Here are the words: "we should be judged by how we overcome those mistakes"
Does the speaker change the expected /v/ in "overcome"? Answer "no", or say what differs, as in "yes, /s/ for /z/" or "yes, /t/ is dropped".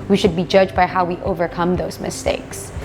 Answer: no